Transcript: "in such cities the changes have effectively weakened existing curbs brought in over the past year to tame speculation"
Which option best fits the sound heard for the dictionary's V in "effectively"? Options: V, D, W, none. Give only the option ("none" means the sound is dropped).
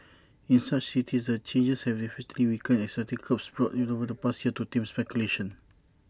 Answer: none